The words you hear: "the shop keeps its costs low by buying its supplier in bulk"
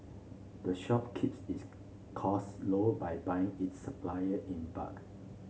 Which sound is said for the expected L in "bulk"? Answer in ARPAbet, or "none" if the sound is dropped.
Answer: none